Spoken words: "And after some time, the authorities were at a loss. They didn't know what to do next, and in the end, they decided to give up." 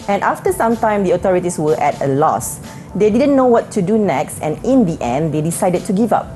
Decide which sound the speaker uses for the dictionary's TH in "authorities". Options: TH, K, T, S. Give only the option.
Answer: T